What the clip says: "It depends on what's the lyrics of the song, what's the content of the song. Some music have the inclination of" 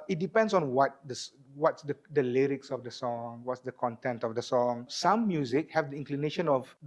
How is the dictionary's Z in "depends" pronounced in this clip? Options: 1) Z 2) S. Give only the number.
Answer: 2